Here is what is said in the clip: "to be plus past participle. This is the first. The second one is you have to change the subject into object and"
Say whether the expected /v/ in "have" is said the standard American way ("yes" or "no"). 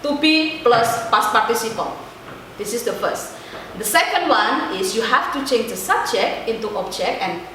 no